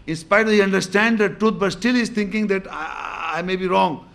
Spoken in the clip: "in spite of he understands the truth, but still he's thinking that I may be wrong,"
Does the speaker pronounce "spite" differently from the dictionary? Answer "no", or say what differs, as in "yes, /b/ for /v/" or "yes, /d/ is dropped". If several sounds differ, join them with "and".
yes, /t/ is dropped